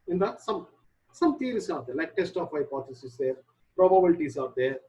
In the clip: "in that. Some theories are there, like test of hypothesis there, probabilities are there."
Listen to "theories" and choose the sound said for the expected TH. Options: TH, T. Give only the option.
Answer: T